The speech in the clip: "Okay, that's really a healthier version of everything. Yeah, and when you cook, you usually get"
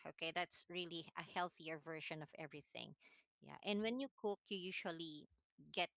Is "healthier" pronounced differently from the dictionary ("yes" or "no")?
no